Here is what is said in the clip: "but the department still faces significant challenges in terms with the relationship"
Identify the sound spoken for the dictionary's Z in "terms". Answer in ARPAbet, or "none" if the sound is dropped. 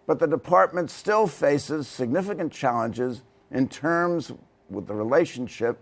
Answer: Z